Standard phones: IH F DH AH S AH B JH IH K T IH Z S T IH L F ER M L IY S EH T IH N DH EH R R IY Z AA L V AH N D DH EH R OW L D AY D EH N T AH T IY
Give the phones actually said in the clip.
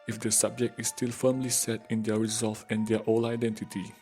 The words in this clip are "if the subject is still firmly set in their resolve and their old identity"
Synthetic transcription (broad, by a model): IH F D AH S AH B JH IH K T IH S T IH L F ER M L IY S EH T IH N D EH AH R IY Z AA L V AH N D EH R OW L AY D EH N T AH T IY